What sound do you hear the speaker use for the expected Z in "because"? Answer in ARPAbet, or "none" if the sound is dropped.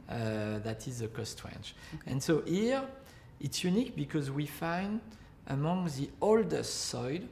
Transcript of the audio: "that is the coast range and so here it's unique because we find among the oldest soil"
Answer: Z